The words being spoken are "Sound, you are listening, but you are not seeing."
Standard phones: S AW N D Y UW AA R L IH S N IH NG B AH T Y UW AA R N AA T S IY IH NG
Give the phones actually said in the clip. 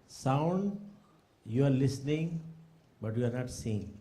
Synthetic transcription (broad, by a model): S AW N D Y UW AA R L IH S N IH NG B AH T Y UW AA R N AA T S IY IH NG